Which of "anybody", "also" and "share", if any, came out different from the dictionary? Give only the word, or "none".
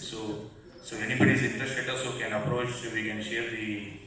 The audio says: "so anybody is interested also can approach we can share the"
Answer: also